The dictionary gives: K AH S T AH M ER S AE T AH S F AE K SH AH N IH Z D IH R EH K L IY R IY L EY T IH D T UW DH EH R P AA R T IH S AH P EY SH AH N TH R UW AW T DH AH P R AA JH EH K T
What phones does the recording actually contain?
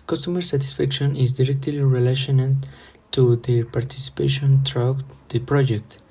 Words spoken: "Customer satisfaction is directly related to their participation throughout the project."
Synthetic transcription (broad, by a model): K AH S T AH M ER S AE T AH S F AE K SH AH N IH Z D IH R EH K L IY R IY L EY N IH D T UW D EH P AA R T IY S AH P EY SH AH N T R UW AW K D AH P R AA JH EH K T